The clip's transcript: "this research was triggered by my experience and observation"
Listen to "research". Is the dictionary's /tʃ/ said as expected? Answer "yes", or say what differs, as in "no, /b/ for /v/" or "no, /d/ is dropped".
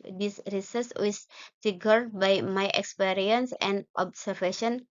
no, /s/ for /tʃ/